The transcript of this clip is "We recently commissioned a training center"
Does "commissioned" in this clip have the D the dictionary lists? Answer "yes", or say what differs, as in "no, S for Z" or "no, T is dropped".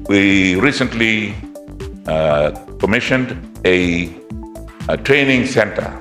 yes